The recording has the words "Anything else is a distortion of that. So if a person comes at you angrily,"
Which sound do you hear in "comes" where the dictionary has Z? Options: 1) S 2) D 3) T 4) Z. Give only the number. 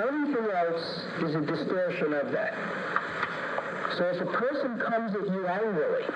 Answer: 4